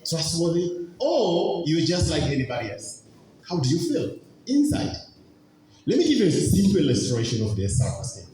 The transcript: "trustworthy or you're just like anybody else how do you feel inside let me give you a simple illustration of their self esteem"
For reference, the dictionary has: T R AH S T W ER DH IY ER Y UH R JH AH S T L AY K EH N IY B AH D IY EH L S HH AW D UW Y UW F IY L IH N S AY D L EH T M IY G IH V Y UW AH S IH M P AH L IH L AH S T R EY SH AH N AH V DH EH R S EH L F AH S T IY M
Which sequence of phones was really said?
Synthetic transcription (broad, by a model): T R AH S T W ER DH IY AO Y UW W JH AH S T L AY K EH N IY B AH D IY EH L S HH AW D UW Y UW F IY L IH N S AY D L EH T M IY G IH V Y UW AH S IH M P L IH L AH S T R EY SH AH N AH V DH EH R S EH F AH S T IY